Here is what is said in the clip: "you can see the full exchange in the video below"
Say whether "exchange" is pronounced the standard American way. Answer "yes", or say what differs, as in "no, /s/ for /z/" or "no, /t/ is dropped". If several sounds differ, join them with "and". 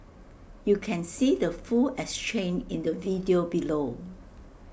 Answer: no, /dʒ/ is dropped